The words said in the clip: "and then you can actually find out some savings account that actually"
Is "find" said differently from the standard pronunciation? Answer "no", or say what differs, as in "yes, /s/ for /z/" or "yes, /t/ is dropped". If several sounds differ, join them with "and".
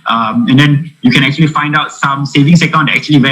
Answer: no